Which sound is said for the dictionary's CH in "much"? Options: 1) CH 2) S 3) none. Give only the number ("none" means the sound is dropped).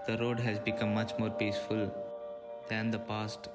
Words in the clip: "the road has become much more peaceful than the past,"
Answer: 1